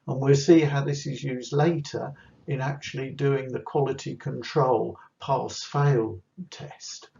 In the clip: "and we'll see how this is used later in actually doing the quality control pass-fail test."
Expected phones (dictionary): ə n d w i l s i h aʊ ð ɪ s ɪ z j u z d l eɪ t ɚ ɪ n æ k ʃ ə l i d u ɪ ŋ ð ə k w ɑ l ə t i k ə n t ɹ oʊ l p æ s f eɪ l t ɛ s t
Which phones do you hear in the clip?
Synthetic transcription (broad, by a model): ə n w i l s i h aʊ ð ɪ s ɪ z j u z d l eɪ t ɚ ɪ n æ k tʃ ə l i d u ɪ ŋ ð ə k w ɑ l ə t i k ə n t ɹ oʊ l p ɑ s f eɪ l t ɛ s t